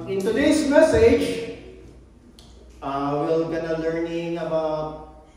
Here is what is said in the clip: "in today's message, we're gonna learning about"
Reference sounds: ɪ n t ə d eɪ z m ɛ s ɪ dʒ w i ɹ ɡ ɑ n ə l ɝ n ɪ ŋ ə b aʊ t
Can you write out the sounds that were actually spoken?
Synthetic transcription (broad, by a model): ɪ n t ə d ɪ s m ɛ s ɪ dʒ w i l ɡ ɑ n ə l ɝ n ɪ ŋ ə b aʊ t